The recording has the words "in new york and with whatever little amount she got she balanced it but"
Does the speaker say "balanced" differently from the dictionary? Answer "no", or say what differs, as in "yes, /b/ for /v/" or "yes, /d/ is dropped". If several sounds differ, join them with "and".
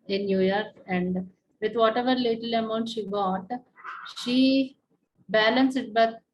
yes, /t/ is dropped